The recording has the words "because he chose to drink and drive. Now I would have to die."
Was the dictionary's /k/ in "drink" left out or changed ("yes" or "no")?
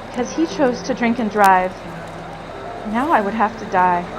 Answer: no